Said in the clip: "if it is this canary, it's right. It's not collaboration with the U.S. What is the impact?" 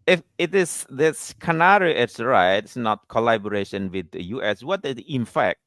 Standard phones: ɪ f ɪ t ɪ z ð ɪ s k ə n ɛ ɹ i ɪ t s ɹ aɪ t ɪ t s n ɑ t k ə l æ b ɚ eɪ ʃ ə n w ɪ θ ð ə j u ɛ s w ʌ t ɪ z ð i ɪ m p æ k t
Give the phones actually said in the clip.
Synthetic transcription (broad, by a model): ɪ f ɪ t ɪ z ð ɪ s k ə n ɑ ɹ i ɪ t s ɹ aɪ ɪ t s n ɑ t k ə l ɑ b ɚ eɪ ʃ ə n w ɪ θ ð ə j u ɛ s w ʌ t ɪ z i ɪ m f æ k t